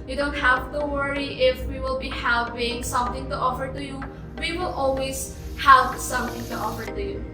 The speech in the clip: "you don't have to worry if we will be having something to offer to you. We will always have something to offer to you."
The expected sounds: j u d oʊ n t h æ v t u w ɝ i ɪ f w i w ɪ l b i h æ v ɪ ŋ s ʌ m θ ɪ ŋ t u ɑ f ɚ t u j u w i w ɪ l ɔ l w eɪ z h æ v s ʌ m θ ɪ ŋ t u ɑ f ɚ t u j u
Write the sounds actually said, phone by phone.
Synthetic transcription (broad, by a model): j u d oʊ n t h æ v t u w ɝ i ɪ f w i w ɪ l b i h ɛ p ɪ ŋ s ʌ m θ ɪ ŋ t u ɑ f ɚ t u j u w i w ɪ l ɔ l w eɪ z h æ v s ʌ m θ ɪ ŋ t u ɑ f ɚ t u j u